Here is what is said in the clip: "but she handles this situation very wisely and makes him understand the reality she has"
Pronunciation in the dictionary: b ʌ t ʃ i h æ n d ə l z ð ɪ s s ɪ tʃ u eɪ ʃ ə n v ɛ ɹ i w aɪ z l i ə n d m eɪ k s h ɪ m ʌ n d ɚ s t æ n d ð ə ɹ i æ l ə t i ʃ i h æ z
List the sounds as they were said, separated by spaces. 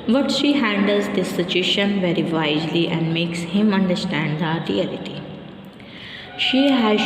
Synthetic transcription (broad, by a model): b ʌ t ʃ i h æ n d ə l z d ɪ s s ɪ tʃ u eɪ ʃ ə n v ɛ ɹ i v aɪ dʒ l i ə n d m eɪ k s h ɪ m ʌ n d ɚ s t æ n d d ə ɹ i æ l ə t i ʃ i h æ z